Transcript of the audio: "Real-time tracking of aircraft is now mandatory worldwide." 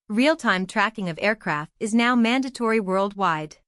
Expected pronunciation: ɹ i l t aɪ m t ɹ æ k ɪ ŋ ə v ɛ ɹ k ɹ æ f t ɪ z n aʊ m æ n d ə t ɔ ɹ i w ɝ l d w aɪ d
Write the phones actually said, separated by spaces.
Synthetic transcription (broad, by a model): ɹ i l t aɪ m t ɹ æ k ɪ ŋ ə v ɛ ɹ k ɹ æ f t ɪ z n aʊ m æ n d ə t ɔ ɹ i w ɝ l d w aɪ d